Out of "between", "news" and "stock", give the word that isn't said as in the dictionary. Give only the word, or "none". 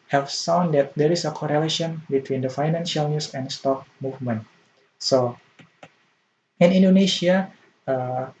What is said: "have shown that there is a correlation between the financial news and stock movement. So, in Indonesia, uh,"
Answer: news